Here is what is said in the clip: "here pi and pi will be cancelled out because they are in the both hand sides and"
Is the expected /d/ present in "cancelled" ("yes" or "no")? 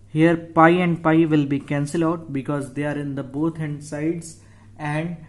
no